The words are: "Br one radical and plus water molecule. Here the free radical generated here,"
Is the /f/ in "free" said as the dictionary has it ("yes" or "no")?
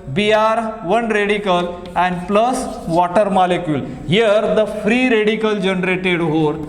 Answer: yes